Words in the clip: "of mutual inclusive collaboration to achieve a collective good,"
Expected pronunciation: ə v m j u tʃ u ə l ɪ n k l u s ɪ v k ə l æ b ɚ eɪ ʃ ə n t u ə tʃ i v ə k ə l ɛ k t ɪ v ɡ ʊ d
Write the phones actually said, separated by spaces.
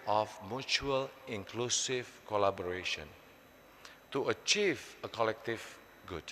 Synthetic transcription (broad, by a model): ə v m j u tʃ u ə l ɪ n k l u s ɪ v k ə l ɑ b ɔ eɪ ʃ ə n t u ə tʃ i v ə k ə l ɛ k t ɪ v ɡ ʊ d